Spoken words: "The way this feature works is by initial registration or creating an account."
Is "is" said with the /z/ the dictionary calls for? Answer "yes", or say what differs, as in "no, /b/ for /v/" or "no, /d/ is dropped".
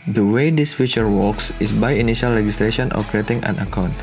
no, /s/ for /z/